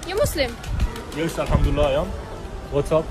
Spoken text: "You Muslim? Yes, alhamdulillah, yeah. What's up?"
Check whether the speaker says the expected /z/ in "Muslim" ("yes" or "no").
no